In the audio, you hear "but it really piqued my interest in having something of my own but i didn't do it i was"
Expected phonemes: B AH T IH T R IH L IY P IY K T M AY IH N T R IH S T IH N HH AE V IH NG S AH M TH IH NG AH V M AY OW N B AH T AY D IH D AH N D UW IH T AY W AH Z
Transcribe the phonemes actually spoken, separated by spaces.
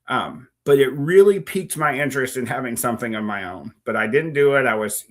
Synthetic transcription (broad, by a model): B AH T IH T R IH L IY P IY K T M AY IH N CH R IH S T IH N HH AE V IH NG S AH M TH IH NG AH V M AY OW N B AH T AY D IH D N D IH IH T AY W AH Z